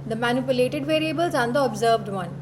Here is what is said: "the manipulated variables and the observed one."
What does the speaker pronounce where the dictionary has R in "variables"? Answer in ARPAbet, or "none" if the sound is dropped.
R